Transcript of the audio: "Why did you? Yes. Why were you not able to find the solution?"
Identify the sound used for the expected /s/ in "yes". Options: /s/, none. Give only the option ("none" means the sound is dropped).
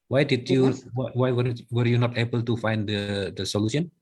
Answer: none